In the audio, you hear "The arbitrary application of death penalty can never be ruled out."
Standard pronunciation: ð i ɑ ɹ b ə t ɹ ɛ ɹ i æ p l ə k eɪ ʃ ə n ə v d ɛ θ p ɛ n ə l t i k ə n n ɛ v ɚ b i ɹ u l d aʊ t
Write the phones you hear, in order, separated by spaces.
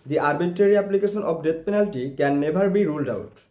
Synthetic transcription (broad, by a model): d i ɑ ɹ b ə t ɹ ɛ ɹ i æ p l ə k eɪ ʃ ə n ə p d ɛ t p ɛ n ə l t i k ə n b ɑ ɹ b i ɹ u l d aʊ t